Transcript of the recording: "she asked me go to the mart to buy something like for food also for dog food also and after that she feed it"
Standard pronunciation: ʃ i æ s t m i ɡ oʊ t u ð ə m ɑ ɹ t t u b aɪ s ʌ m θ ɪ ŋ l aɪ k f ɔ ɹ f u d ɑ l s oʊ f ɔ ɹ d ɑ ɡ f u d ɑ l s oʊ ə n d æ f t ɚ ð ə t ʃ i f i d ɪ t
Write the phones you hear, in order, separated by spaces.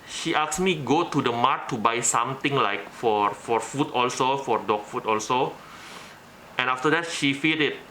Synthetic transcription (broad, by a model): ʃ i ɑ s m i ɡ oʊ t u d ə m ɑ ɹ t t u b aɪ s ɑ m t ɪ ŋ l aɪ k f ɔ ɹ f u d ɑ l s oʊ f ɔ ɹ d ɑ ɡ f u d ɑ l s oʊ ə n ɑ f t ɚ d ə t ʃ i f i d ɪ t